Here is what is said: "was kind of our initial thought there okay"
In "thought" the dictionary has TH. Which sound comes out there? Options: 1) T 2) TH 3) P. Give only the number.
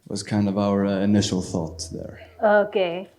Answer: 2